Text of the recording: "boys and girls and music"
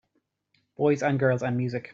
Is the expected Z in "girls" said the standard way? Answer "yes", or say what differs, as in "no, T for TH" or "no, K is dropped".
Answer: yes